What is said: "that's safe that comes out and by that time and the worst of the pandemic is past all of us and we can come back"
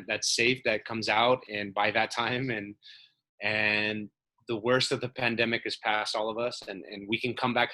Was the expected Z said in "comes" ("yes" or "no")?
yes